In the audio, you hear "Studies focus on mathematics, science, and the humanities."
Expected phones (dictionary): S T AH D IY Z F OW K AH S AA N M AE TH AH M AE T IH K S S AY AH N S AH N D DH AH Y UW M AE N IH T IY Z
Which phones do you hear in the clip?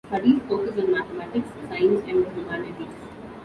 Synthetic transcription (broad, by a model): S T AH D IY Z F OW K AH S AA N M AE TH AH M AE T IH K S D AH S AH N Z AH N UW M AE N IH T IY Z